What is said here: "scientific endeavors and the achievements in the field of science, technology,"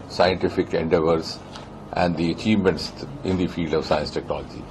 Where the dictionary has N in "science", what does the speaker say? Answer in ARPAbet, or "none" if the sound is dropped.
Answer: N